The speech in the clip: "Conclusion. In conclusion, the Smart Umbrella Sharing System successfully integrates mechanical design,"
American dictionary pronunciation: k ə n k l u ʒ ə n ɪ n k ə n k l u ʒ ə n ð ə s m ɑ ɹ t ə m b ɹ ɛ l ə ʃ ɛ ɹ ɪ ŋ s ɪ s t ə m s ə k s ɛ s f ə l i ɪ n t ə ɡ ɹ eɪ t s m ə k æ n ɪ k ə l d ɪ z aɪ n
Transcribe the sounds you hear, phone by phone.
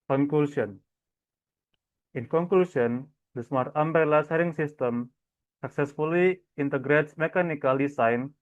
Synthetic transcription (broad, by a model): k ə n k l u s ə n ɪ n k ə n k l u s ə n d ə s m ɑ ɹ t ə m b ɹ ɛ l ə s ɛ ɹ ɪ ŋ s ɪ s t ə m s ə k s ɛ s f ə l i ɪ n t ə ɡ ɹ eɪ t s m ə k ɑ n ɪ k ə l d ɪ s aɪ n